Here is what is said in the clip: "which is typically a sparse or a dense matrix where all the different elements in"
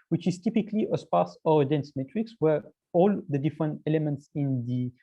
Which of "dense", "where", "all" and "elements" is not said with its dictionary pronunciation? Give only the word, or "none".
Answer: none